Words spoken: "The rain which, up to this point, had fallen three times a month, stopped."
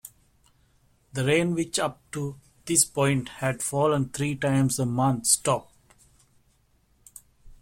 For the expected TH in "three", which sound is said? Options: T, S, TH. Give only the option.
T